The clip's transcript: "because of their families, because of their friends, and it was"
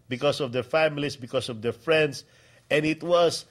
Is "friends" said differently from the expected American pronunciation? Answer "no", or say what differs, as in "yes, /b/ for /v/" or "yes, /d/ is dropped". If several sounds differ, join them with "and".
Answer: yes, /s/ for /z/